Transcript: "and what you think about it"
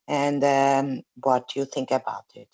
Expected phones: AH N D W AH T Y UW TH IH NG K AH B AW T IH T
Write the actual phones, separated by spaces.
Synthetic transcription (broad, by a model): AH N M W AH T Y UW TH IH NG K AH B AW T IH T